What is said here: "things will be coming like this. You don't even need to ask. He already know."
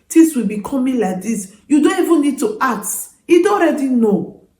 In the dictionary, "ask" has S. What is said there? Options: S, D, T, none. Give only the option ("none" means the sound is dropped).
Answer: none